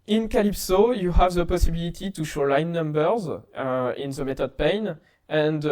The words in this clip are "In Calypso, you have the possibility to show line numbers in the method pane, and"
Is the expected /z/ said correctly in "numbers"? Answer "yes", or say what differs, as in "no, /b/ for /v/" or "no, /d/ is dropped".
yes